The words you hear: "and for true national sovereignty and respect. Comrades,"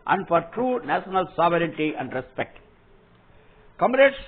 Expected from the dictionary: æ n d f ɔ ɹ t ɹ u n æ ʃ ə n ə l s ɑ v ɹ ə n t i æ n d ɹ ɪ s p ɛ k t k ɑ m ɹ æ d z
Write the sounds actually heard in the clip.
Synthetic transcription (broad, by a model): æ n d f ɔ ɹ t ɹ u n æ ʃ ə n ə l s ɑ v ɹ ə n t i æ n d ɹ ɪ s p ɛ k t k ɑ m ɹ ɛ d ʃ